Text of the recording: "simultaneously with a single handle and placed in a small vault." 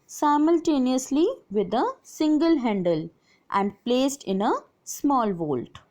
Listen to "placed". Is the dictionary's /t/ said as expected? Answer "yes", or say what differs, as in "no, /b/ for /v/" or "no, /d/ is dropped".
yes